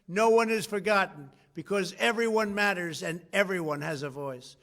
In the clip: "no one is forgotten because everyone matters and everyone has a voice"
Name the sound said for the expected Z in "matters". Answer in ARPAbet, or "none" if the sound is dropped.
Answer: Z